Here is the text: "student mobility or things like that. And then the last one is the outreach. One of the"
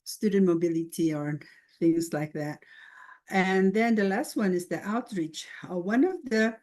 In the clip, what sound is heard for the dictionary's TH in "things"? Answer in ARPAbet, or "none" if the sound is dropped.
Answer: TH